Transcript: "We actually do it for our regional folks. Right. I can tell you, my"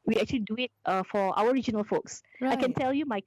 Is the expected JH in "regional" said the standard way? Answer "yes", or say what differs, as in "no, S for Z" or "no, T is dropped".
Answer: yes